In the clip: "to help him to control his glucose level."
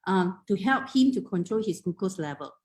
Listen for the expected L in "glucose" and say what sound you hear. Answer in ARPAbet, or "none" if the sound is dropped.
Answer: none